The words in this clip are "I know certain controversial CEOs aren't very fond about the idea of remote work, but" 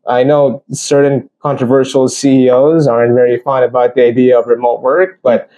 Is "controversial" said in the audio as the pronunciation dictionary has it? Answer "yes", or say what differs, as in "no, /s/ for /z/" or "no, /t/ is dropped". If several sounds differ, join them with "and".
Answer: yes